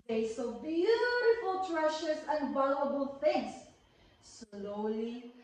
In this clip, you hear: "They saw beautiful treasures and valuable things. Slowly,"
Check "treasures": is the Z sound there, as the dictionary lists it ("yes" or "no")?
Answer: no